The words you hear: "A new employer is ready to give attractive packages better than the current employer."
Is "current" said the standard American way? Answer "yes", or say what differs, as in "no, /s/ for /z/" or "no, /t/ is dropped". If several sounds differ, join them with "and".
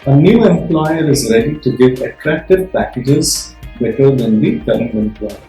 no, /t/ is dropped